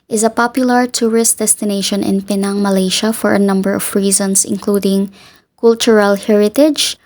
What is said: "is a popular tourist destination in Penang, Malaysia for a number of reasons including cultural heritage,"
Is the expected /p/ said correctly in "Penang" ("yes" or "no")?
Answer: yes